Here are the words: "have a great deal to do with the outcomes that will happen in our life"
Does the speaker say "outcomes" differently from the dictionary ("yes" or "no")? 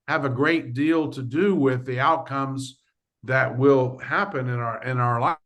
no